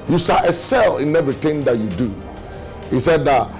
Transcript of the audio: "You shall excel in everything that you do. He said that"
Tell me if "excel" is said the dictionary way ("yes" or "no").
no